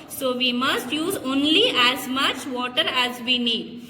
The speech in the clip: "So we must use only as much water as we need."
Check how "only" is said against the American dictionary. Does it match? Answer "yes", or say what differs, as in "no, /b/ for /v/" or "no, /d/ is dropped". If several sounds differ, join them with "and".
yes